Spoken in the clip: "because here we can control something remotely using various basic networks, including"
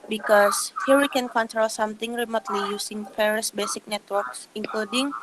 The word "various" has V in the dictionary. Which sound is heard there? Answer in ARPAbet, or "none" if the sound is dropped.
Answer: P